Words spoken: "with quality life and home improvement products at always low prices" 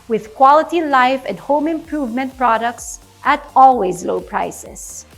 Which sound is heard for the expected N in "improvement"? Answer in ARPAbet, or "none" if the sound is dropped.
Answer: N